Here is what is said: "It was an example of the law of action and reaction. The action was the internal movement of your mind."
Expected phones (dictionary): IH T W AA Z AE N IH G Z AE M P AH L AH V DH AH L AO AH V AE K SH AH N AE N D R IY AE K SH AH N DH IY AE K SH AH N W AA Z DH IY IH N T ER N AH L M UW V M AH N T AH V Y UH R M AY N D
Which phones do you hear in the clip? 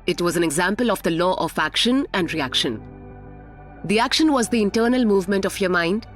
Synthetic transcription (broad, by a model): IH T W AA Z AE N IH G Z AE M P AH L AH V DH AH L AO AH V AE K SH AH N AE N D R IY AE K SH AH N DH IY AE K SH AH N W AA Z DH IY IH N T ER N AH L M UW V M AH N T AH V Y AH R M AY N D